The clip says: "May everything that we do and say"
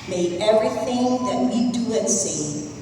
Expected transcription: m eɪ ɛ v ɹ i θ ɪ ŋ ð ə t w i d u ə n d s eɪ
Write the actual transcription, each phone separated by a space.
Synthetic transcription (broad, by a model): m eɪ ɛ v ɹ i θ ɪ ŋ ð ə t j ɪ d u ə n s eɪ